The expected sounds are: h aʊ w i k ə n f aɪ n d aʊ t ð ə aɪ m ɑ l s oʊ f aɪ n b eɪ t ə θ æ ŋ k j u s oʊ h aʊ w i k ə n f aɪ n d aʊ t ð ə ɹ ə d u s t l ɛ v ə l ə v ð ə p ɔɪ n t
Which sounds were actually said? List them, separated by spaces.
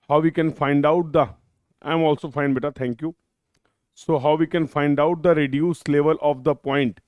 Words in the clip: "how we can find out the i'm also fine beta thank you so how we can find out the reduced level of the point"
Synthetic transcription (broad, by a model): h aʊ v i k ə n f aɪ n d aʊ t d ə aɪ m ɑ l s oʊ f aɪ n b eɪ t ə t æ ŋ k j u s oʊ h aʊ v i k ə n f aɪ n d aʊ t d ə ɹ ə d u s l ɛ v ə l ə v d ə p ɔɪ n t